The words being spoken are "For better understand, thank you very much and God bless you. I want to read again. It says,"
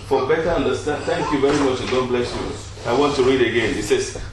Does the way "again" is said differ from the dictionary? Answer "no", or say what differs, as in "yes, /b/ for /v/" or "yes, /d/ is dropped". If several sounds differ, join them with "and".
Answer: no